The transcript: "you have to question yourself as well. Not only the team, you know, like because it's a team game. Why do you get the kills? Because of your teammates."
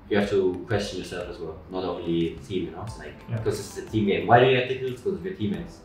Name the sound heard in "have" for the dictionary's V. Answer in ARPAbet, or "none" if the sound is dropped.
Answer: F